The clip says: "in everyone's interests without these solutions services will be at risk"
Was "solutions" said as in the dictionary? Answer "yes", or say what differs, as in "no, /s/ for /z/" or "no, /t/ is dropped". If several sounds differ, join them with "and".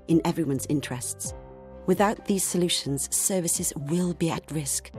yes